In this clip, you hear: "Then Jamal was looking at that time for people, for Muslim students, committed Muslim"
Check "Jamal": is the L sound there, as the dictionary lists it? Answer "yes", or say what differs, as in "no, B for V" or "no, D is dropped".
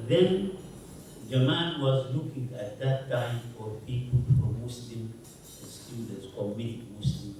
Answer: no, N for L